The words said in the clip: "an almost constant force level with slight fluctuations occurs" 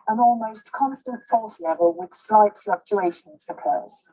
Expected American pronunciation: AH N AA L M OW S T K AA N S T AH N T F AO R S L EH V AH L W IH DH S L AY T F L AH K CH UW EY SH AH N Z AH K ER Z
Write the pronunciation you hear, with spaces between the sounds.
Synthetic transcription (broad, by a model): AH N AA L M OW S K AA N S T AH N T F AO L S L EH V AH L W IH DH S L AY T F L AH K CH UW EY SH AH N Z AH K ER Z